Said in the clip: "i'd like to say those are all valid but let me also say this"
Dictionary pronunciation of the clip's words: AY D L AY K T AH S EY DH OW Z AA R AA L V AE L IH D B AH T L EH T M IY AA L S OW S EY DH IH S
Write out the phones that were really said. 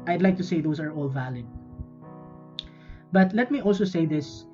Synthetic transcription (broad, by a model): AY D L AY K T AH S EY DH OW S AA R AA L V AE L IH D B AH T L EH T M IY AA L S OW S EY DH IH S